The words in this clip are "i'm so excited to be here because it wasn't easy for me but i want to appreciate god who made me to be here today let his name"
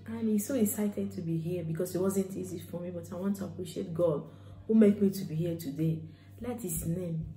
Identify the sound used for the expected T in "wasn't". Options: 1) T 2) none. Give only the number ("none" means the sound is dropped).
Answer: 1